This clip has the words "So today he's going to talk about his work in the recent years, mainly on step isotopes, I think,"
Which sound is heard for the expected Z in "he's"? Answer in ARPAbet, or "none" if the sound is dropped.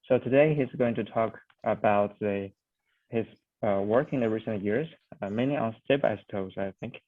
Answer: Z